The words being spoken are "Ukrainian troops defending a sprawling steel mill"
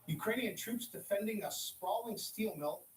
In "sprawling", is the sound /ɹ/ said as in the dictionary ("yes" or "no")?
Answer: no